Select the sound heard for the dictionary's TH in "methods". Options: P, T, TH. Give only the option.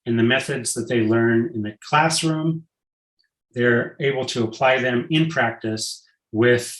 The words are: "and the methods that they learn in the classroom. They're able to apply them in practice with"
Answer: TH